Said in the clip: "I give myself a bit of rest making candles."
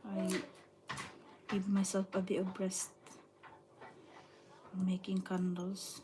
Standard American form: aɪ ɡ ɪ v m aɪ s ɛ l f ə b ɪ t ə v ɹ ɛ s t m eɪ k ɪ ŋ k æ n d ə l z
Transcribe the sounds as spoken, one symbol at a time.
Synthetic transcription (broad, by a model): aɪ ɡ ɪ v m aɪ s ɛ l f ə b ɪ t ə b ɹ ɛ s t m eɪ k ɪ ŋ k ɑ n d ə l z